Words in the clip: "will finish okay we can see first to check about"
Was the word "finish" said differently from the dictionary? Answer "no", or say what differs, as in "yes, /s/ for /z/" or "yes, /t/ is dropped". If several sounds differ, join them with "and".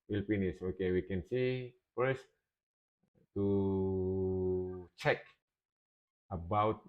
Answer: yes, /p/ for /f/ and /s/ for /ʃ/